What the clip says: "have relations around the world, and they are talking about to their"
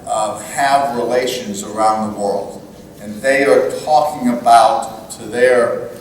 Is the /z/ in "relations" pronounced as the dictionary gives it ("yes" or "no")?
yes